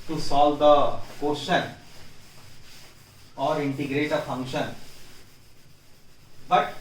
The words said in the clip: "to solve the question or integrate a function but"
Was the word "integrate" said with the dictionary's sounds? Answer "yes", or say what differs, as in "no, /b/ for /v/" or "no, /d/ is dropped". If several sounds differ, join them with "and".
yes